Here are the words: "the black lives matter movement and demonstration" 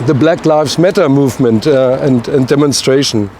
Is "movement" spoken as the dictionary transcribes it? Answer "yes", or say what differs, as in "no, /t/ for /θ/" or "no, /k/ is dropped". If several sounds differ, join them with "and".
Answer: yes